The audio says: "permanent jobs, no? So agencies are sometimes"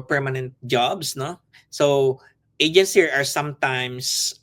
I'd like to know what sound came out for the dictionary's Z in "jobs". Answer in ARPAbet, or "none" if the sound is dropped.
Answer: S